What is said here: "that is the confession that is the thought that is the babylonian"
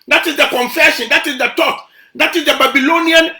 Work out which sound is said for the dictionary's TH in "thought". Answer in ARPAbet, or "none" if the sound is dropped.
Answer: T